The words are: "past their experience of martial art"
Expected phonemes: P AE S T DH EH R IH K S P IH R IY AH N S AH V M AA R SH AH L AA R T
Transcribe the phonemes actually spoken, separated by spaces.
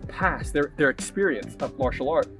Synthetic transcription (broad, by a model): P AE S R DH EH R IH K S P IH R IY AH N S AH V M AA R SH L AA R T